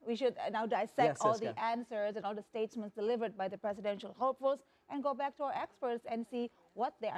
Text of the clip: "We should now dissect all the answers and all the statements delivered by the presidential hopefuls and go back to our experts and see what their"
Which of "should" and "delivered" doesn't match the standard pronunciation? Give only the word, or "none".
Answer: none